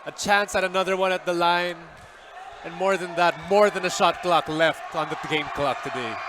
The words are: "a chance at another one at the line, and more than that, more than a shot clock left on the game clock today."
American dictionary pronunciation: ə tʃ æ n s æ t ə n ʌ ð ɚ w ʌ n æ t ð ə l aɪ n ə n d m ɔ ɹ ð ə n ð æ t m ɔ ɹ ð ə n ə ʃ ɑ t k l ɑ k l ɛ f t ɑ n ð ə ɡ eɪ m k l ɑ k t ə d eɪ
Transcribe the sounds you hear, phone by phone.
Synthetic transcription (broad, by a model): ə tʃ æ n s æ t ə n ʌ ð ɚ w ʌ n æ t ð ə l aɪ n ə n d m ɔ ɹ ð ə n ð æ t m ɔ ɹ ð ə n ə ʃ ɑ t k l ɑ k l ɛ f t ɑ n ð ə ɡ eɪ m k l ɑ k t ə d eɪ